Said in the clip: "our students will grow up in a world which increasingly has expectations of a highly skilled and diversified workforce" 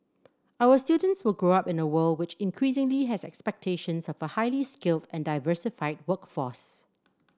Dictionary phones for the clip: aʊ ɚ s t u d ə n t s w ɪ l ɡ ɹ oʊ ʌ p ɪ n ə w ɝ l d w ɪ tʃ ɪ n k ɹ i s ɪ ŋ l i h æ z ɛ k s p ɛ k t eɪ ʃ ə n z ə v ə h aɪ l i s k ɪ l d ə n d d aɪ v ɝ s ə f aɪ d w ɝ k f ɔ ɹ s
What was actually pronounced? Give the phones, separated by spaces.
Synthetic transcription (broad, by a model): aʊ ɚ s t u d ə n t s w ɪ l ɡ ɹ oʊ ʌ p ɪ n ə w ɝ l d w ɪ tʃ ɪ n k ɹ i s ɪ ŋ l i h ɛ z ɛ k s p ɛ k t eɪ ʃ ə n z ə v ə h aɪ l i s k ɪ l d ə n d d aɪ v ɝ s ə f aɪ d w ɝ k f ɔ s